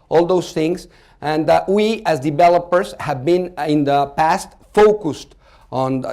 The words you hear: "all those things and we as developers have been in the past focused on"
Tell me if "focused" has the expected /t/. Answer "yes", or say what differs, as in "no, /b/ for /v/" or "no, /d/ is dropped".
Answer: yes